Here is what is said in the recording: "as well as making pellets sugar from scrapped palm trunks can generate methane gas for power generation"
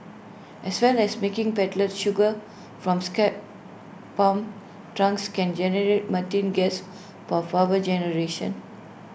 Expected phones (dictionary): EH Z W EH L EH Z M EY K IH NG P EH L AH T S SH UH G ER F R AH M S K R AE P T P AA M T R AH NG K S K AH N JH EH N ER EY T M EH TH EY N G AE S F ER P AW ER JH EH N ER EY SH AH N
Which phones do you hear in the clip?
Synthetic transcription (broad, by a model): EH S W EH L EH S M EY K IH NG P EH L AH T SH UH G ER F R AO M S K EH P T P AA M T R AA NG K S K AH N JH EH N ER EY T M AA T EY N G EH S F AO F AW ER JH EH N ER EY SH AH N